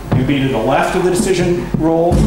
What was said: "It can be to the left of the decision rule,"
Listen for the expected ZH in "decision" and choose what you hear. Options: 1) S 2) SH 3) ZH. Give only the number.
3